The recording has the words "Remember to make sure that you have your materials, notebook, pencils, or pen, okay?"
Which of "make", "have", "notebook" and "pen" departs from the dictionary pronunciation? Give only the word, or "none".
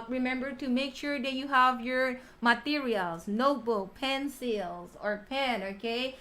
none